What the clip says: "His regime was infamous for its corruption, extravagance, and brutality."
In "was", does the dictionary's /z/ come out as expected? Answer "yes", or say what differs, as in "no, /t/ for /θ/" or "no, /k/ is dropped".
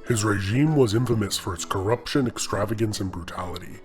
yes